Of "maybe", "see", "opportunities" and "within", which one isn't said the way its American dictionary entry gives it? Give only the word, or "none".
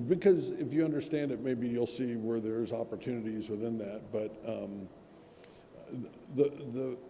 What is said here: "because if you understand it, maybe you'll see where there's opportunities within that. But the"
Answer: none